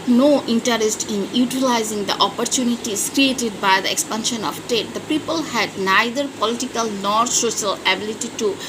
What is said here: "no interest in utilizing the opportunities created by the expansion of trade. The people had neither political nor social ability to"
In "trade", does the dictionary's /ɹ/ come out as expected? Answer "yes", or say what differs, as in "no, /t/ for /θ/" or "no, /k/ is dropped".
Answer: no, /ɹ/ is dropped